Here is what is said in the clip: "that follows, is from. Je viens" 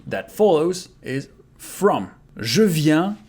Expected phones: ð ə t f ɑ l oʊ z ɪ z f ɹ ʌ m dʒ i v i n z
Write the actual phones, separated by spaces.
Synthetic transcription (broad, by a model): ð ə t f ɑ l oʊ z ɪ z f ɹ ʌ m ʒ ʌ v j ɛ